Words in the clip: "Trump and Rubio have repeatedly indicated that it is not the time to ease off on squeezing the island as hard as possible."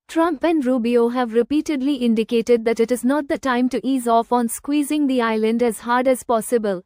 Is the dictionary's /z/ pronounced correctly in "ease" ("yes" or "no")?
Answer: yes